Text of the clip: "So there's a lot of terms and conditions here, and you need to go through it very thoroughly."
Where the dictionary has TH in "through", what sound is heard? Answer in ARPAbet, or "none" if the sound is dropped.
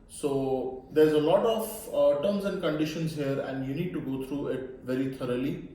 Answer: T